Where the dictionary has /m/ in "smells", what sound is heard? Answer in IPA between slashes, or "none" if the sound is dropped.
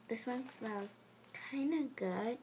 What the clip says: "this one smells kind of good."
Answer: none